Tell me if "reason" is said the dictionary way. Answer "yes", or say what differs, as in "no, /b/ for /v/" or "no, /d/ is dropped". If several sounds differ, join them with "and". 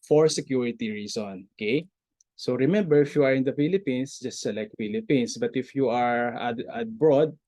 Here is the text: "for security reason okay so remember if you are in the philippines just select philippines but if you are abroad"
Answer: no, /s/ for /z/